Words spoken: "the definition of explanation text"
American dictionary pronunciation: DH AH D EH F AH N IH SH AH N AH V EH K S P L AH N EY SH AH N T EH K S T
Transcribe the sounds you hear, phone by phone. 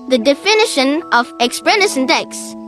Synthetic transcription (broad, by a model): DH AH D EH F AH N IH SH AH N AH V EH K S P AH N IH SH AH N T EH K S